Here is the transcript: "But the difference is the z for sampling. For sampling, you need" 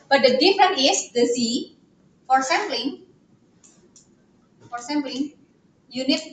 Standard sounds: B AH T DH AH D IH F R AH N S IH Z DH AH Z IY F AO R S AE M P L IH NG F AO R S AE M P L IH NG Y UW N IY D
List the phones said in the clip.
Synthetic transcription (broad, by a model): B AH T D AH D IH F R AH N IH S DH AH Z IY F AO R S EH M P L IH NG F AO R S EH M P L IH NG Y UW N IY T